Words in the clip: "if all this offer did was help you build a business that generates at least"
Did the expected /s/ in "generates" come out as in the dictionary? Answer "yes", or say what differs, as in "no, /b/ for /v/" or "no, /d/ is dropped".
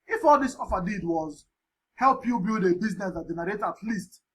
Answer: no, /s/ is dropped